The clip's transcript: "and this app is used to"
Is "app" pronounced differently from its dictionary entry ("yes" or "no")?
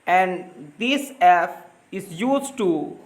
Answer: yes